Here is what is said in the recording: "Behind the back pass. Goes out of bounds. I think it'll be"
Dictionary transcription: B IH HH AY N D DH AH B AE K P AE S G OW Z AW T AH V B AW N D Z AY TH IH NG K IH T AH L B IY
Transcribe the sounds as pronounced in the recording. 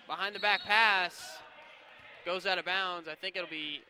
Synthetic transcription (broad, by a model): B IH HH AY N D DH AH B AE K P AE S G OW Z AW T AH B AW N D Z AY TH IH NG K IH T L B IY